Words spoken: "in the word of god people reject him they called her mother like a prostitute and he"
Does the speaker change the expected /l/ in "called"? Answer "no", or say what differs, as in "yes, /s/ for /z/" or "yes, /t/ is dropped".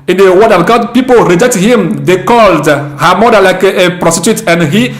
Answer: no